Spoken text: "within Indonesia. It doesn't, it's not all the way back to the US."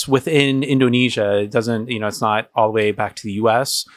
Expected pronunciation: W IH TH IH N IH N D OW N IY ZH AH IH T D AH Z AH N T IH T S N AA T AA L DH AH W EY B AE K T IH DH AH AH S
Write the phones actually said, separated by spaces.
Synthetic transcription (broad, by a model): W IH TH IH N IH N D OW N IY ZH AH IH T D AH Z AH N T IH T S N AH T AA L DH AH W EY B AE K T IH DH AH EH S